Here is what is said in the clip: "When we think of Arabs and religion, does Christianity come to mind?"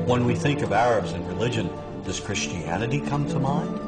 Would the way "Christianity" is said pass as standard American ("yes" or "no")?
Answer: yes